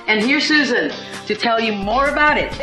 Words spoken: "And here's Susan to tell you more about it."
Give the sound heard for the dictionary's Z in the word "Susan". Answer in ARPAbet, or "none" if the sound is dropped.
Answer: Z